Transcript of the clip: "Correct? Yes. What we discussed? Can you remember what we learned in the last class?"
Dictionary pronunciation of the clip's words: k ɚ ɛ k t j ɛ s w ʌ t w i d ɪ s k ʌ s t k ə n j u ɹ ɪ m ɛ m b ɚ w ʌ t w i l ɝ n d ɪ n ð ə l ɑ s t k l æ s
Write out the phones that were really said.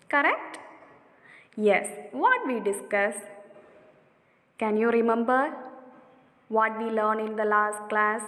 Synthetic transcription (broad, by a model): k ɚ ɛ k t j ɛ s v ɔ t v i d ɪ s k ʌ s k ə n j u ɹ ɪ m ɛ m b ɚ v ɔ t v i l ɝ n ɪ n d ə l ɑ s t k l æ s